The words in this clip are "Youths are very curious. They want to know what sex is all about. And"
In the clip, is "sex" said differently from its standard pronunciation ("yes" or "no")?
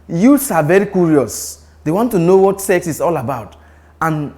no